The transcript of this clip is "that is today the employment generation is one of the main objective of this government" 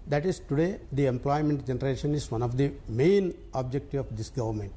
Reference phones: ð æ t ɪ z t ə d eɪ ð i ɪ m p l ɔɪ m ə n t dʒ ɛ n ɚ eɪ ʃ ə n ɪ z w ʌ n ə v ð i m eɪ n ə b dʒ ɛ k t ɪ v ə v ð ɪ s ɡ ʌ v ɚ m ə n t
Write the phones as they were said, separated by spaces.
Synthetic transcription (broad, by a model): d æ t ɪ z t ə d eɪ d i ɪ m p l ɔɪ m ə n t dʒ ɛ n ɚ eɪ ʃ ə n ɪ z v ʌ n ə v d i m eɪ n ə b dʒ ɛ k t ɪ ə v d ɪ s ɡ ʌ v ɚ m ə n t